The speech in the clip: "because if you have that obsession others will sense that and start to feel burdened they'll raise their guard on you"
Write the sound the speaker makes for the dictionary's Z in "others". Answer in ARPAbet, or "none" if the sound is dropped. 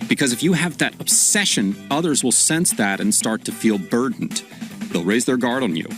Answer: Z